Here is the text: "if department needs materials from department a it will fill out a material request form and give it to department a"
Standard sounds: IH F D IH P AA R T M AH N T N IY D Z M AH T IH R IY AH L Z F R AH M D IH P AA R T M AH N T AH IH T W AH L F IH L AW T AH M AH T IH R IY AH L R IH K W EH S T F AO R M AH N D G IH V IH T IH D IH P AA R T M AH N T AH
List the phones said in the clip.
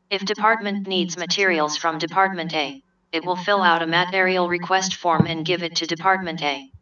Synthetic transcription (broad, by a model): IH F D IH P AA R T M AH N N IY D Z M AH T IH R IY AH L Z F R AH M D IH P AA R T M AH N T AH IH T W AH L F IH L AW T AH M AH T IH R IY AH L R IH K W EH S T F AO R M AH N G IH V IH T IH D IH P AA R T M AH N T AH